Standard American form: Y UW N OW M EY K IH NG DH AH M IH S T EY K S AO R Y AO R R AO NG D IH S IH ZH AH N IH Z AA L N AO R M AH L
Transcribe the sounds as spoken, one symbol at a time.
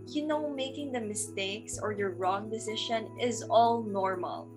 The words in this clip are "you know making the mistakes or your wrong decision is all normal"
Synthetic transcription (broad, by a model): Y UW N OW M EY K IH NG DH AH M IH S T EY K S AO R Y AO R R AO NG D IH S IH SH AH N IH Z AA L N AO R M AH L